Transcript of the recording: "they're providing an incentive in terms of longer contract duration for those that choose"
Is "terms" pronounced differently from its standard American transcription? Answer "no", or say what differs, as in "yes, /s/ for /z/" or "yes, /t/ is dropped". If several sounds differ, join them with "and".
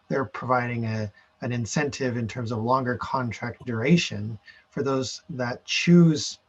no